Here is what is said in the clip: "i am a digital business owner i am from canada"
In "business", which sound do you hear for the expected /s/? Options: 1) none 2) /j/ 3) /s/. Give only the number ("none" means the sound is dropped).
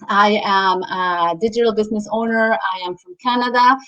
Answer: 3